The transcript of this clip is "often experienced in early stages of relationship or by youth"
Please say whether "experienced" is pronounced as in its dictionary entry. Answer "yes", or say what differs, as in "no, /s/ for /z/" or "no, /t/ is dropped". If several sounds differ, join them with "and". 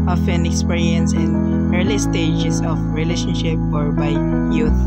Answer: no, /t/ is dropped